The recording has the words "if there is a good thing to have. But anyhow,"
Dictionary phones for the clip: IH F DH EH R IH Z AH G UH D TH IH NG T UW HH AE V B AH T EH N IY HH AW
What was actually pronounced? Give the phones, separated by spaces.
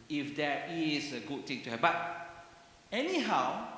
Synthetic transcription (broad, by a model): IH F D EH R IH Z AH G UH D T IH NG T UW HH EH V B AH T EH N IY HH AW